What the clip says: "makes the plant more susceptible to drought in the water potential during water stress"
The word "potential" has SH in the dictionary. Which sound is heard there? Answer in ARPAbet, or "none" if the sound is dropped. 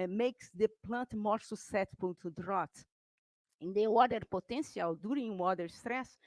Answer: S